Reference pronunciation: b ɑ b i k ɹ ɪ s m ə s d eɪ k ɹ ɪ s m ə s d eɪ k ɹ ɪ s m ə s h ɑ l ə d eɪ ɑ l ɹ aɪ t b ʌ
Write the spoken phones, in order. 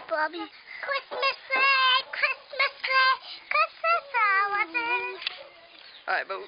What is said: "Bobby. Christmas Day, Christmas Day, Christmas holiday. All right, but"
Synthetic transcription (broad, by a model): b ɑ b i k ɹ ɪ s m ə s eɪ k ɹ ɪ s m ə s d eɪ k ɹ ɪ s m ə s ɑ w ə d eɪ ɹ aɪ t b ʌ